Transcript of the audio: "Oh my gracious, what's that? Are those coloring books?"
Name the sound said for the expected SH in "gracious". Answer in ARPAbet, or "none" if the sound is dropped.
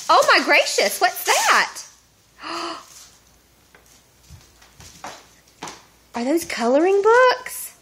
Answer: SH